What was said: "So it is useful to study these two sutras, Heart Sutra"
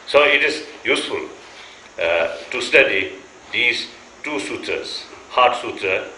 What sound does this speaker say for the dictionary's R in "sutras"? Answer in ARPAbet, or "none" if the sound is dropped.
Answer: none